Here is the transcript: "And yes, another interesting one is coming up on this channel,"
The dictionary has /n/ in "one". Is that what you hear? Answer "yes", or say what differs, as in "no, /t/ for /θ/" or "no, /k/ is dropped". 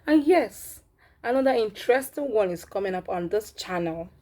yes